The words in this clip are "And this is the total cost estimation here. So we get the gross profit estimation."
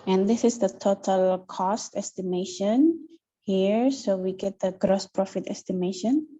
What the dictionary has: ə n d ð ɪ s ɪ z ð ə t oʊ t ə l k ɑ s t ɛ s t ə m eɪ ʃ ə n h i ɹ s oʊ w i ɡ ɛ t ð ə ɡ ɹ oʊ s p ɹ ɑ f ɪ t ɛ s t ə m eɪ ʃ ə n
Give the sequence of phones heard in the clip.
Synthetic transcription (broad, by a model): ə n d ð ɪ s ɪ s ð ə t oʊ t ə l k ɑ s t ɛ s t ə m eɪ ʃ ə n h i ɹ s oʊ w i ɡ ɛ t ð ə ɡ ɹ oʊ s p ɹ ɑ f ɪ t ɛ s t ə m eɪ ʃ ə n